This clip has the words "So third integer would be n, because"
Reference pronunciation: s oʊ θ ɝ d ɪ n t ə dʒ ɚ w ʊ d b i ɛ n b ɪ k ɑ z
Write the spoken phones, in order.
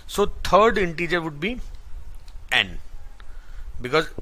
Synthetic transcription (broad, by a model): s oʊ t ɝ d ɪ n t ə dʒ ɚ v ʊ d b i ɛ n b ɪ k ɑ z